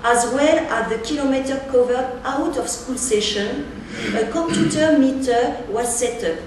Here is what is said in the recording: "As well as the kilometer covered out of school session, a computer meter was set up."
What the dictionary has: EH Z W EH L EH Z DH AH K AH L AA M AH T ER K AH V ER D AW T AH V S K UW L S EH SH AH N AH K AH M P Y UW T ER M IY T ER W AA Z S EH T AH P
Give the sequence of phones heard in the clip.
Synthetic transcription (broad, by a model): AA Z W EH L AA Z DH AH K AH L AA M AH T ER K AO V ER AW T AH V S K UW L S EH SH AH N AH K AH M P Y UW T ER M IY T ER W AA S EH T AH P